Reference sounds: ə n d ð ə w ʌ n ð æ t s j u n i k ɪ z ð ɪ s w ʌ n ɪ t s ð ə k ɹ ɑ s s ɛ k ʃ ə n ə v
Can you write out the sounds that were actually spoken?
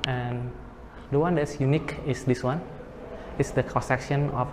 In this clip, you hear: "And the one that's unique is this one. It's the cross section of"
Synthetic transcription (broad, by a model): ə n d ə w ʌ n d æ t s j u n i k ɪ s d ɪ s w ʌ n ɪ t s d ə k ɑ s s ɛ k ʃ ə n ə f